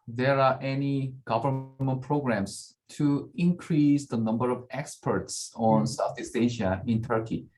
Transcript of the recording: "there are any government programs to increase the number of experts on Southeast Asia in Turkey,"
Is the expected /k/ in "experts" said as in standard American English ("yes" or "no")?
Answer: yes